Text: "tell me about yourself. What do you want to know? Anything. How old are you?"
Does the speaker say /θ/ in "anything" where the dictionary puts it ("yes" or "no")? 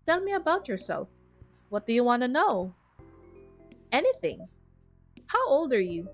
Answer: yes